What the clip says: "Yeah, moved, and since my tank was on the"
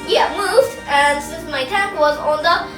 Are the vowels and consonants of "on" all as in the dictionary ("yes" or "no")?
yes